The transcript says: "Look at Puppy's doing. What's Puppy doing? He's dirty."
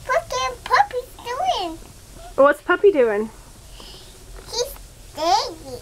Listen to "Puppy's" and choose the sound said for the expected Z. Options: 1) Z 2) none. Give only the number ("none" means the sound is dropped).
2